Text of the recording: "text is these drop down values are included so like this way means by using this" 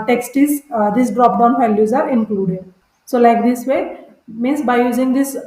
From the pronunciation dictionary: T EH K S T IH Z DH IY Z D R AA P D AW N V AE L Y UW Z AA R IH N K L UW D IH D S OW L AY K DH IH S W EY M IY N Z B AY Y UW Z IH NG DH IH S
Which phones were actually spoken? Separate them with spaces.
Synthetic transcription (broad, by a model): T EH K S T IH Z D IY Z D R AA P D AW N F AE L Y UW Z AA R IH N K L UW D IH D S OW L AY K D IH S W EY M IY N S B AY Y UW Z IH NG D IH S